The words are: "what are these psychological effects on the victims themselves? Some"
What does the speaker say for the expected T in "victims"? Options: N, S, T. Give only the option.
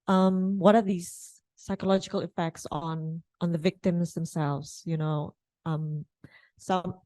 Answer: T